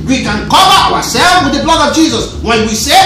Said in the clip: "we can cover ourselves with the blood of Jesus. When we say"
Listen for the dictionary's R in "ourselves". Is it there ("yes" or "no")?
no